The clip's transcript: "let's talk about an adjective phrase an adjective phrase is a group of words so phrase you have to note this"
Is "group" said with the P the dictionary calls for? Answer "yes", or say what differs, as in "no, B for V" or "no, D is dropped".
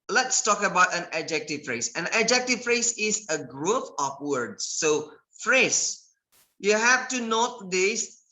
no, F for P